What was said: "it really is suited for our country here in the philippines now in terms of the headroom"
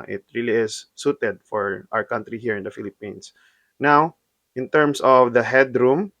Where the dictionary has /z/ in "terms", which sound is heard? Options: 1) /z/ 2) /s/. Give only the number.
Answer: 2